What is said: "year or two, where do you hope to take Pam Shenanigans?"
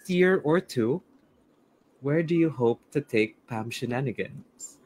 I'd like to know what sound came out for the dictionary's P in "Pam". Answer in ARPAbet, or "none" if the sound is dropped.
P